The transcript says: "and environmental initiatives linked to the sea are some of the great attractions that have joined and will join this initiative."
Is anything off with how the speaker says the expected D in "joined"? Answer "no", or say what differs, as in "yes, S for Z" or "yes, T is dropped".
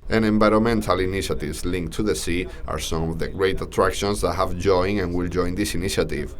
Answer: yes, D is dropped